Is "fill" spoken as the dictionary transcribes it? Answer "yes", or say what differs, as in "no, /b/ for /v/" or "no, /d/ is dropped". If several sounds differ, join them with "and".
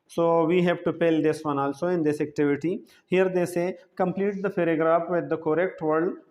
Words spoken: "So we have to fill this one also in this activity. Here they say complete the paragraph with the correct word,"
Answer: no, /p/ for /f/